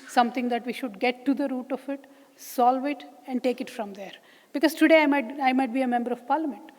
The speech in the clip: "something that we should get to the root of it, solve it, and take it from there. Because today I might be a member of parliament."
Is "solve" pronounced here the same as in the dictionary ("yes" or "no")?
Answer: yes